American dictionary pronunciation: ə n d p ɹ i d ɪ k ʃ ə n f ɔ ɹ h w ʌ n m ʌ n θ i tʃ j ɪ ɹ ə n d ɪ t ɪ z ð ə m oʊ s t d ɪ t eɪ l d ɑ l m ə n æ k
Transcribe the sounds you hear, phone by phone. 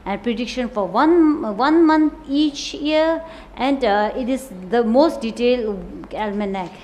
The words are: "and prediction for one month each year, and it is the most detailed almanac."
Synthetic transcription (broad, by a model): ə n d p ɹ i d ɪ k ʃ ə n f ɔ ɹ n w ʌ n m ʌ n t i tʃ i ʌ ɹ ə n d ɪ t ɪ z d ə m oʊ s t d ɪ t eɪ l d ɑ l m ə n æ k